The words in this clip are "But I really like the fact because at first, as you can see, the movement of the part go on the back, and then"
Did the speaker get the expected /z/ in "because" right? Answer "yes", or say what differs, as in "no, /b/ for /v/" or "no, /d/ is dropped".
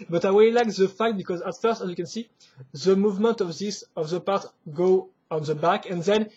yes